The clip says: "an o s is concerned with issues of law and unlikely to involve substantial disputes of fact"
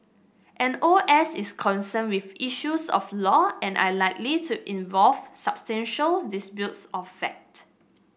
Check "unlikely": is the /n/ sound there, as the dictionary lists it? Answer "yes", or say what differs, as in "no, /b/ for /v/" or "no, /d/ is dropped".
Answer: no, /n/ is dropped